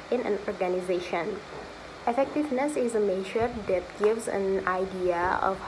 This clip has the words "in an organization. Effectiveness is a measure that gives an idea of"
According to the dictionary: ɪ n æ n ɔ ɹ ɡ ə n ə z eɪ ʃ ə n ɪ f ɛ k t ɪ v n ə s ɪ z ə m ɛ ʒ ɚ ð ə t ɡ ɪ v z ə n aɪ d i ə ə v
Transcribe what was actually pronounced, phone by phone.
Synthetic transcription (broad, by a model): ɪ n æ n ɔ ɹ ɡ ə n ə z eɪ ʃ ə n ɪ f ɛ k t ɪ v n ə s ɪ z ə m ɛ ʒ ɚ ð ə t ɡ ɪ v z ə n aɪ d i ə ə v